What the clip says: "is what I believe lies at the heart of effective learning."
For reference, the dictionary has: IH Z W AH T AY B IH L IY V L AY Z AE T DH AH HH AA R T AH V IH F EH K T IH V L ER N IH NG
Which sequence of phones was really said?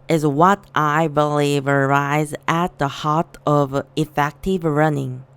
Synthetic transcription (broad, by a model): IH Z W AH T AY B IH L IY V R AY Z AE T DH AH HH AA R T AH V IH F EH K T IH V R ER N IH NG